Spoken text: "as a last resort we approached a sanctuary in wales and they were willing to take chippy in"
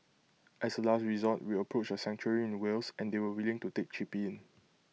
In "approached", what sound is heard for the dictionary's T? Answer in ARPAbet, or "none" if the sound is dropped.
none